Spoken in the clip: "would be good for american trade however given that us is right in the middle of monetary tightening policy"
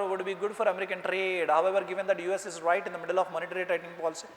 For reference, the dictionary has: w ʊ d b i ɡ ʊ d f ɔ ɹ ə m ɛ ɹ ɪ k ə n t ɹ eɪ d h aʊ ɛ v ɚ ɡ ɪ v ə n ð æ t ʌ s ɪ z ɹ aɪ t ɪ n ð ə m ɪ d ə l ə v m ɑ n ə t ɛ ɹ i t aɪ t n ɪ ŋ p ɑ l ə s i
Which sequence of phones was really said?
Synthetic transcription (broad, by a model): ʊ d b i ɡ ʊ d f ɔ ɹ ə m ɛ ɹ ɪ k ə n t ɹ eɪ d h aʊ ɛ v ɚ ɡ ɪ v ə n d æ t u s ɪ z ɹ aɪ t ɪ n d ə m ɪ d ə l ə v m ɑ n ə t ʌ ɹ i t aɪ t ɪ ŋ p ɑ l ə s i